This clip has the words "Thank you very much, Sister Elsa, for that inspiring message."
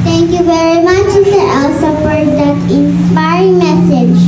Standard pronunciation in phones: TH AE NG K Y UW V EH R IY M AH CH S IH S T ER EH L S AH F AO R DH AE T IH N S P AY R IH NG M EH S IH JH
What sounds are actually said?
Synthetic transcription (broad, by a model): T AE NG K Y UW V EH R IY M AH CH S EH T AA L S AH P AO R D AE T IH N S P AY R IH NG M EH S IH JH